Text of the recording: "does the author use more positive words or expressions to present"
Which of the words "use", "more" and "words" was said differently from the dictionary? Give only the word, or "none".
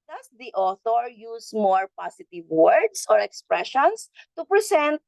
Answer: words